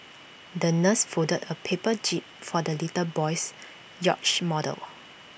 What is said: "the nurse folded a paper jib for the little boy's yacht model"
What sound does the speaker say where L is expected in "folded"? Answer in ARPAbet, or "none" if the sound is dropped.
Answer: none